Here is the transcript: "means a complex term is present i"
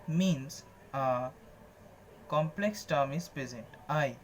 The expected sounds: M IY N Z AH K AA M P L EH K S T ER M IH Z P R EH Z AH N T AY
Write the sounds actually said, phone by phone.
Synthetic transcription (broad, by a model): M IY N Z AH K AA M P L EH K S T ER M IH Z P R EH Z AH N T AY